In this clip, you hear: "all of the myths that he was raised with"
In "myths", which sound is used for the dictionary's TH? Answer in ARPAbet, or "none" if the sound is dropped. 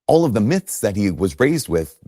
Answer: TH